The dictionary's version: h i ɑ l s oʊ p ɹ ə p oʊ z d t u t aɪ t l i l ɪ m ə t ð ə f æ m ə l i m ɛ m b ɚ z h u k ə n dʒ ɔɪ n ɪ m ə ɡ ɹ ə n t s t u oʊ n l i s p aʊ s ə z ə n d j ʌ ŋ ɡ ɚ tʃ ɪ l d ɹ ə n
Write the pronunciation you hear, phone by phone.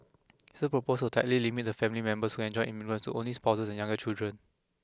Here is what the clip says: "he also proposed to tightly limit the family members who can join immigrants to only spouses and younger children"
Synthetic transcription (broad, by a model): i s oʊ p ɹ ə p oʊ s t u t aɪ t l i l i m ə t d ə f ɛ m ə l i m ɛ m b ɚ s h u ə n dʒ ɔɪ ɪ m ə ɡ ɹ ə n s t u oʊ n l i s p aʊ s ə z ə n j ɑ ŋ ɡ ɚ tʃ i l d ɹ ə n